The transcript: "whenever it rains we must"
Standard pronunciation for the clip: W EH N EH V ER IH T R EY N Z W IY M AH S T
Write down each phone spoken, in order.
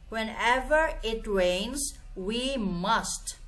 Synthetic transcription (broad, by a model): W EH N EH V ER IH T R EY N Z W IY M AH S T